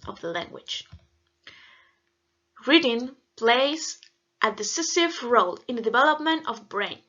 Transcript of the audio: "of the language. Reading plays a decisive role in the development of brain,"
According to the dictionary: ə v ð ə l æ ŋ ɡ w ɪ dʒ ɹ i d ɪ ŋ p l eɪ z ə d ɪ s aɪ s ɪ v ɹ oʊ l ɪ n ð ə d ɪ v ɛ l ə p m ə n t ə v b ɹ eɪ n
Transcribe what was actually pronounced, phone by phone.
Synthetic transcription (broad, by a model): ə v ð ə l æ ŋ ɡ w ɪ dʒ ɹ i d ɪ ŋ p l eɪ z ə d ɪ s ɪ s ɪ v ɹ oʊ l ɪ n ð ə d ɪ v ɛ l ə p m ə n t ə v b ɹ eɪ n